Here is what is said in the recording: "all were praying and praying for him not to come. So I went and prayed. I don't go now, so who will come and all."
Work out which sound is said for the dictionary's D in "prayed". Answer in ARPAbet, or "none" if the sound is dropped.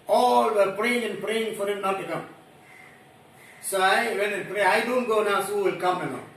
none